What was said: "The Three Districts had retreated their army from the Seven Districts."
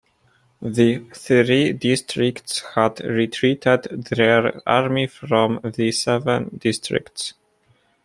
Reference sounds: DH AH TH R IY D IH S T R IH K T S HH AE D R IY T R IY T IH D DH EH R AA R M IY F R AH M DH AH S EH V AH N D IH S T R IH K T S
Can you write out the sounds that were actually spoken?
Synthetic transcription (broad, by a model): DH AH TH R IY D IH S T R IH K T S HH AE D R IY T R IY T IH D DH EH R AA R M IY F R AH M DH AH S EH V AH N D IH S T R IH K T S